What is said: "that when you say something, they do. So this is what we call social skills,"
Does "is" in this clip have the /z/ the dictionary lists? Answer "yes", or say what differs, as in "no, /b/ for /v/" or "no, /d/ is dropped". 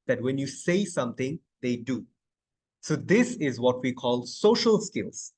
yes